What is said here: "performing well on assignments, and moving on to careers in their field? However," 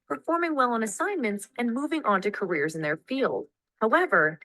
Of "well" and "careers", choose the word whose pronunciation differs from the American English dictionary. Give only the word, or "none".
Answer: none